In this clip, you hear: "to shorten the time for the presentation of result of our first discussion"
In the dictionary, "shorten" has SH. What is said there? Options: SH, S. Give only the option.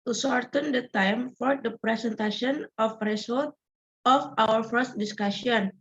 S